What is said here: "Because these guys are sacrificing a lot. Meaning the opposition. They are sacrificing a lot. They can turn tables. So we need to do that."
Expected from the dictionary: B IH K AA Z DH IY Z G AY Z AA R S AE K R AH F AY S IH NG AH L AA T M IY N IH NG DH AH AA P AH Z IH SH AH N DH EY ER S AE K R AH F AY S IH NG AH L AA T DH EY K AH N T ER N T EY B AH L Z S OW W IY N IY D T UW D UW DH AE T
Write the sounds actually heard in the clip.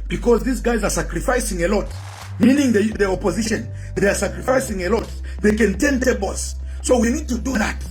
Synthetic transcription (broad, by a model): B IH K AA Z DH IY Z G AY Z AA R S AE K R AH F AY S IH NG AH L AA T M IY N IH NG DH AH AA P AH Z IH SH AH N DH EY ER S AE K R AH F AY S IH NG AH L AA T DH EY K AH N T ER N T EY B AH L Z S OW W IY N IY D T UW D UW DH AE T